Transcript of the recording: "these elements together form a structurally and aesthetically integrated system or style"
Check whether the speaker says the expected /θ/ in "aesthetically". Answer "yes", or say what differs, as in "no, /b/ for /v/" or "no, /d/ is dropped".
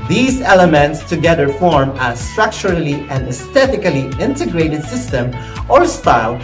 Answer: no, /t/ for /θ/